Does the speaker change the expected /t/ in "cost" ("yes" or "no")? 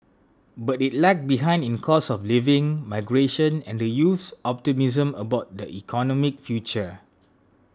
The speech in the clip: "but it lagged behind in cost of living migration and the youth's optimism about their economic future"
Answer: yes